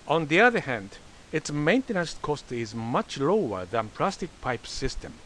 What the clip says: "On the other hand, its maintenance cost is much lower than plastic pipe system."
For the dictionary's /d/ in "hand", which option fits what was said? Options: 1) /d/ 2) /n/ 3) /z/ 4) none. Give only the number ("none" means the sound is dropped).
1